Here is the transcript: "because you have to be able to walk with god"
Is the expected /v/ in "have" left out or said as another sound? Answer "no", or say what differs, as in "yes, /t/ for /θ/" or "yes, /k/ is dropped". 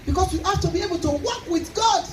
yes, /f/ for /v/